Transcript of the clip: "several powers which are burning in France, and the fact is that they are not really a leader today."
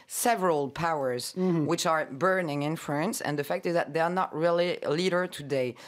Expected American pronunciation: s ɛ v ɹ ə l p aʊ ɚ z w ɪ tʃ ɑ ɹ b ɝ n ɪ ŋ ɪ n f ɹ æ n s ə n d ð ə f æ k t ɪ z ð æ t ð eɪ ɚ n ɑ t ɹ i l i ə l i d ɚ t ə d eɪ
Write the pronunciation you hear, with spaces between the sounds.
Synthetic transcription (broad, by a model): s ɛ v ɹ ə l p aʊ ɚ z w ɪ tʃ ɑ ɹ b ɝ n ɪ ŋ ɪ n f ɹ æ n s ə n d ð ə f æ k t ɪ z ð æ t ð eɪ ɚ n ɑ t ɹ i l i l i d ɚ t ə d eɪ